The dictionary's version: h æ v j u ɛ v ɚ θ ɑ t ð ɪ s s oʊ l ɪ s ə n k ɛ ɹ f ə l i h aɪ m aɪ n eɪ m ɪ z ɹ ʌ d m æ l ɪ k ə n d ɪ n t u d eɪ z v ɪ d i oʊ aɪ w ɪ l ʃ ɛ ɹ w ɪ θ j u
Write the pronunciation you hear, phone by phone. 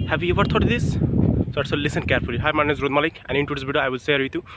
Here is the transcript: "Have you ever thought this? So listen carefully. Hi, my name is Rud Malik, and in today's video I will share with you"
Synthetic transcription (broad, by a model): h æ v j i ɛ v ɚ t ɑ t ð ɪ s s oʊ l ɪ s ə n k ɛ ɹ f ə l i h aɪ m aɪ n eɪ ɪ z ɹ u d m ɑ l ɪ k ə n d ɪ n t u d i s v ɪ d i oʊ aɪ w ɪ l s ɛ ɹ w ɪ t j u